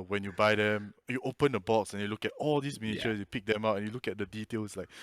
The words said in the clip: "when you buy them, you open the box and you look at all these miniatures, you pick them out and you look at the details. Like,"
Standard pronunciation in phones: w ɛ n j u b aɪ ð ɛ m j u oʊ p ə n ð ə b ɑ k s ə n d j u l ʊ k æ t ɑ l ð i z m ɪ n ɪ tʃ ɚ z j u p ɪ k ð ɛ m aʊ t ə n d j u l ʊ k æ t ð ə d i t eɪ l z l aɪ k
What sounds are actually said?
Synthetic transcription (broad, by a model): w ɛ n j u b aɪ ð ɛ m j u oʊ p ə n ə b ɑ k s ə n j u l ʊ k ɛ t ɑ l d i s m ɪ n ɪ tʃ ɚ s j u p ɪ k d ɛ m aʊ t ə n j u l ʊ k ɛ t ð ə d i t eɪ l s l aɪ k